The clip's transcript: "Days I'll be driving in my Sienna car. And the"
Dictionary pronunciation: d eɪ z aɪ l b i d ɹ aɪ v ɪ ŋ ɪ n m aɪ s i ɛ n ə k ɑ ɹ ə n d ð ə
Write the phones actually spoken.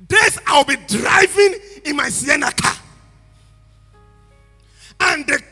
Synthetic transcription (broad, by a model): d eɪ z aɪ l b i d ɹ aɪ v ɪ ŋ ɪ n m aɪ s i ɛ n ə k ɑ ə n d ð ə